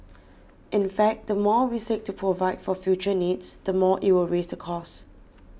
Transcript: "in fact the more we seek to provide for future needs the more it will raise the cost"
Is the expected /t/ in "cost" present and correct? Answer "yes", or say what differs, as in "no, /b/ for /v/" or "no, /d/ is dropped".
no, /t/ is dropped